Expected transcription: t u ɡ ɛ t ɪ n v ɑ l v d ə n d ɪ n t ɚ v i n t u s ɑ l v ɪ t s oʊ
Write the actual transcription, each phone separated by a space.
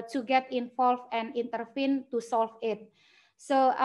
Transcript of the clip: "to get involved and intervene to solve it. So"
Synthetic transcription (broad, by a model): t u ɡ ɛ t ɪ n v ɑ l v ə n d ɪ n t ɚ f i n t u s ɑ l f ɪ t s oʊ